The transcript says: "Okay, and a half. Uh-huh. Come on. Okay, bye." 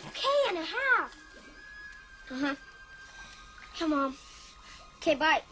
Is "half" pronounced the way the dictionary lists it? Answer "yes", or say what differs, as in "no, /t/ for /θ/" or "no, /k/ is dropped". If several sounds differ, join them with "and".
no, /f/ is dropped